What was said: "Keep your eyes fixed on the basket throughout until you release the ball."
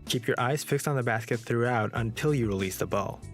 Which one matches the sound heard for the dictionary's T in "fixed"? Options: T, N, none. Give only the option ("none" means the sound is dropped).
T